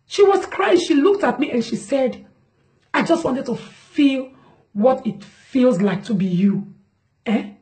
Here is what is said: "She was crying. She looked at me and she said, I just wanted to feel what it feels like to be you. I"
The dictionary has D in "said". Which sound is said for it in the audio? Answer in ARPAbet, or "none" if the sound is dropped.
D